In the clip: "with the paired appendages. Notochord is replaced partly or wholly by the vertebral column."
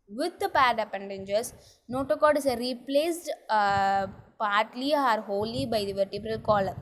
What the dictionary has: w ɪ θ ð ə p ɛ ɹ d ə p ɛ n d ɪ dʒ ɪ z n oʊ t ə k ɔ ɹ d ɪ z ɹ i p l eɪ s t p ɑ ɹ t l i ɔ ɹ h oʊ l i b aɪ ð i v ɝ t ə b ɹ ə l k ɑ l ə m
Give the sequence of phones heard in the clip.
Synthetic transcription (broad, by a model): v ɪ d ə p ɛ ɹ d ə p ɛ n d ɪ dʒ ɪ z n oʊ t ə k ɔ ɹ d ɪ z ɹ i p l eɪ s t p ɑ ɹ t l i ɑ ɹ h oʊ l i b aɪ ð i v ɝ t ə b ɹ ə l k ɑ l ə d